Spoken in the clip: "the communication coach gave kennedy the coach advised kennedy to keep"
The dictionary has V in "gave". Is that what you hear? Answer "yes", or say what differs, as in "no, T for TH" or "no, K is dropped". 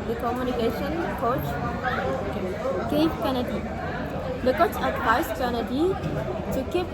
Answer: no, P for V